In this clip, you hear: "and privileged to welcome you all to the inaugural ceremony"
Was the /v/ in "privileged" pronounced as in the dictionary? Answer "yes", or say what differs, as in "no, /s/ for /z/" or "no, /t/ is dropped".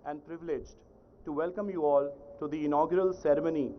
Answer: yes